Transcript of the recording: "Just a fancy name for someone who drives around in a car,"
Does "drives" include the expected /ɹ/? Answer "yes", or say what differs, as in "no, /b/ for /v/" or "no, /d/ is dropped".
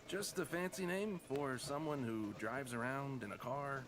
yes